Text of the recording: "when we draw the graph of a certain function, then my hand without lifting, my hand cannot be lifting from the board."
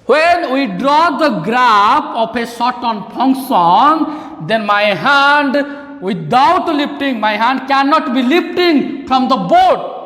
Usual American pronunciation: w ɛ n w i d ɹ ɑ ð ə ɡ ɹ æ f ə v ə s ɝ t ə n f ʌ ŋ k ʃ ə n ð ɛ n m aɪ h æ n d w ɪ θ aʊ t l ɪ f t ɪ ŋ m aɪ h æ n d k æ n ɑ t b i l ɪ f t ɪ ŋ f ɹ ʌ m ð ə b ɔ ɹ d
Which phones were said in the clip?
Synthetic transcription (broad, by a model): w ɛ n w i d ɹ ɑ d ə ɡ ɹ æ p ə p ə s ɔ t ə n p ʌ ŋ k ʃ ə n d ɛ n m aɪ h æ n d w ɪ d aʊ t l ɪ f t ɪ ŋ m aɪ h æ n d k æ n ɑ t b i l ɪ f t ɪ ŋ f ɹ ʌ m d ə b ɔ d